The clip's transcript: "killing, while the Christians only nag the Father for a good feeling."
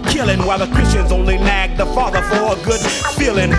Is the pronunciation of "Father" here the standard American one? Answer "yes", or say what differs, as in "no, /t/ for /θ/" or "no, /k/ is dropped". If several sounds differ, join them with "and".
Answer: yes